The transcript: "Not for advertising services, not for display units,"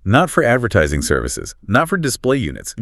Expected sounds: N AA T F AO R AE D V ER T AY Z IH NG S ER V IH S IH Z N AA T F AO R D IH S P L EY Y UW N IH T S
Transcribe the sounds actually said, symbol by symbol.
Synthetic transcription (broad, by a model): N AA T F AO R AE D V ER T AY Z IH NG S ER V IH S IH Z N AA T F AO R D IH S P L EY Y UW N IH T S